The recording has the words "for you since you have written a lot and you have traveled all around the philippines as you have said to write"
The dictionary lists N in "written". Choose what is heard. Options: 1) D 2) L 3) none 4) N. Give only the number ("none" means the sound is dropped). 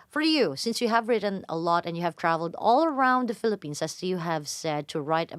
4